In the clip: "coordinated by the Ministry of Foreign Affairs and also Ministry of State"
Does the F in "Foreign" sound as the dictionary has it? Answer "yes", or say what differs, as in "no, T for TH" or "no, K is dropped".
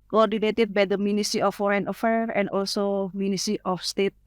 yes